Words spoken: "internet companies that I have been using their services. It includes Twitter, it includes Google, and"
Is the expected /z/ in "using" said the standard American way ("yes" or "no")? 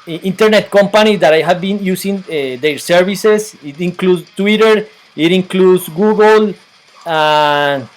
no